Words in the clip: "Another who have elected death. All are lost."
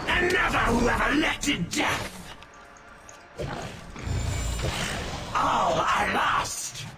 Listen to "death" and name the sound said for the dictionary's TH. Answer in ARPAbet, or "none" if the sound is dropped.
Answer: TH